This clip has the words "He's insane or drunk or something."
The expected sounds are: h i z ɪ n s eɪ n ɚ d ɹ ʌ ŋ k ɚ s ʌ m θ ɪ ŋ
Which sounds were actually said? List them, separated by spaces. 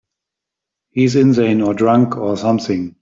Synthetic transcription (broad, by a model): h i z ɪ n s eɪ n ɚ d ɹ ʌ ŋ k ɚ s ʌ m θ ɪ ŋ